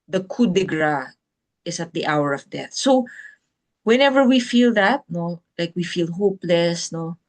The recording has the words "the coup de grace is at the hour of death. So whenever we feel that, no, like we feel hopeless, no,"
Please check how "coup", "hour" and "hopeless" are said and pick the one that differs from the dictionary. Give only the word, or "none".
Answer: none